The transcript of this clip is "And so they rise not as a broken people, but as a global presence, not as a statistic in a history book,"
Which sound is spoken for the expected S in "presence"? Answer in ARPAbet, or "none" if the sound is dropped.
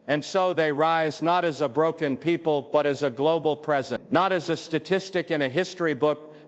none